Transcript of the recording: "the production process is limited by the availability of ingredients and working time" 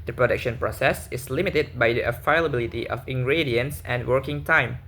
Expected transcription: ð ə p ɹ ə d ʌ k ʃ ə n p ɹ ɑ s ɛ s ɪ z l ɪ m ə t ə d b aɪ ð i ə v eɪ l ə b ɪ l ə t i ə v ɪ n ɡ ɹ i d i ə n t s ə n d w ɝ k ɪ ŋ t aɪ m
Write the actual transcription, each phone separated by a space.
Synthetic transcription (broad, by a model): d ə p ɹ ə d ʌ k ʃ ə n p ɹ ɑ s ɛ s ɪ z l ɪ m ə t ə d b aɪ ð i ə f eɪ l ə b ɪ l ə t i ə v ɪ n ɡ ɹ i d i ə n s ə n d w ɝ k ɪ ŋ t aɪ m